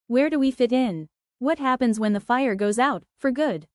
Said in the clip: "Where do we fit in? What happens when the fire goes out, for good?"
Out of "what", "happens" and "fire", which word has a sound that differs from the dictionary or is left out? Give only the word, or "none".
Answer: none